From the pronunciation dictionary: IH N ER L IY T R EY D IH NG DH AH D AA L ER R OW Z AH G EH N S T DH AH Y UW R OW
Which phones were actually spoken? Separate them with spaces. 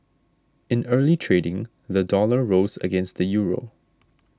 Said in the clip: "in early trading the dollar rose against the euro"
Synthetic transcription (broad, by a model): IH N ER L IY T R EY D IH NG DH AH D AA L ER R OW Z AH G EH N S T DH AH Y UW R OW